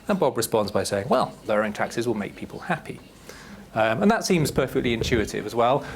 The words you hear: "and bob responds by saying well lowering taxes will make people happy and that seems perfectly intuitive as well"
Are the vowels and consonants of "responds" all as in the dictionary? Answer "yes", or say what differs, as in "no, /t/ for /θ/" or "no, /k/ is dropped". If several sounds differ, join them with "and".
yes